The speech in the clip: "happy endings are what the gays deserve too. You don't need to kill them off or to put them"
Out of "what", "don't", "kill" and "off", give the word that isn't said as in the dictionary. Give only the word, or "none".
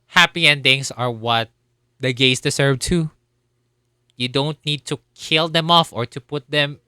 none